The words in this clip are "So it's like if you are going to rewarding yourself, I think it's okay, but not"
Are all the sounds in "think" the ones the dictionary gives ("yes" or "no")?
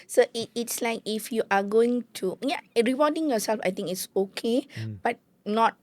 no